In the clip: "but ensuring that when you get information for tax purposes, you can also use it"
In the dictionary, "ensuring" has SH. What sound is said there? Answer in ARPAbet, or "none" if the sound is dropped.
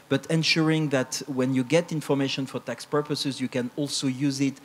SH